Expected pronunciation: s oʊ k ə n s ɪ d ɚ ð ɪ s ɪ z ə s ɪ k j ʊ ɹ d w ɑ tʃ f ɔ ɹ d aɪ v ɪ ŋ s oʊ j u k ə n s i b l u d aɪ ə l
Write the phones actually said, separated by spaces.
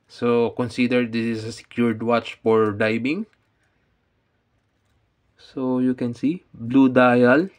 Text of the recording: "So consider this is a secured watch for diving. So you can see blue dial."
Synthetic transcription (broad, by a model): s oʊ k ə n s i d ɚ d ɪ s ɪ s ə s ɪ k j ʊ ɹ d w ɑ tʃ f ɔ ɹ d aɪ b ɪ ŋ s oʊ j u k ə n s i b l u d aɪ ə l